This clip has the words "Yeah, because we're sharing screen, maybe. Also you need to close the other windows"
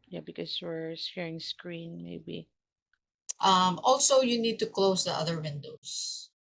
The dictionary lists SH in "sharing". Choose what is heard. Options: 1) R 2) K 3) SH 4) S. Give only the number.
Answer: 4